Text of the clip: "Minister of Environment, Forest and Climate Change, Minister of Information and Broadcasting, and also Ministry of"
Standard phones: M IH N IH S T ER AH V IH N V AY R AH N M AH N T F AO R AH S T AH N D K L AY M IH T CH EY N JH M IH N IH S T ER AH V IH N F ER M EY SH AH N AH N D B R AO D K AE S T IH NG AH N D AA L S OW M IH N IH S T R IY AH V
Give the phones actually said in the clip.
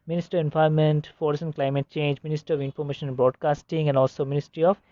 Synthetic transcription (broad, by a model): M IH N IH S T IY AH V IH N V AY AH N M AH N T F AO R S AH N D K L AY M IH T CH EY N JH M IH N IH S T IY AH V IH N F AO M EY SH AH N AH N B R AO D K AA S T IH NG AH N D AA L S OW M IH N IH S T R IY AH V